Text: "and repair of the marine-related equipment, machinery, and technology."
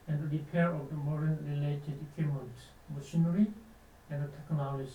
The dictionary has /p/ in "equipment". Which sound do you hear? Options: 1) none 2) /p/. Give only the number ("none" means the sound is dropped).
1